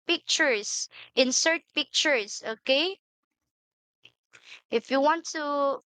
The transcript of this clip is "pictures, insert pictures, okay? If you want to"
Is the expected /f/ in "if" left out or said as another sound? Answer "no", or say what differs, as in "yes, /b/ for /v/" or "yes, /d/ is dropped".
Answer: no